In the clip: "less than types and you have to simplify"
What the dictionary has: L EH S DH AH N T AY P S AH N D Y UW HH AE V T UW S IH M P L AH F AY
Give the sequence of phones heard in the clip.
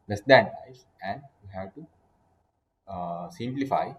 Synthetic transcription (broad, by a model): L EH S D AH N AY S AH N D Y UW HH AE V T UW S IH M P L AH F AY